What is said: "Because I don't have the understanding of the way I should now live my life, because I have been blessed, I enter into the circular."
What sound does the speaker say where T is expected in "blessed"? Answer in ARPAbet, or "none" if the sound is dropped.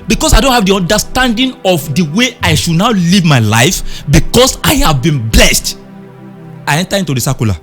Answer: T